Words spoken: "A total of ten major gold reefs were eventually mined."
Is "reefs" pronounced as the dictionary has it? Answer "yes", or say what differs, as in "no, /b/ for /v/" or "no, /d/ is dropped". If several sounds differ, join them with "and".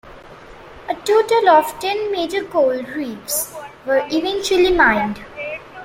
no, /p/ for /f/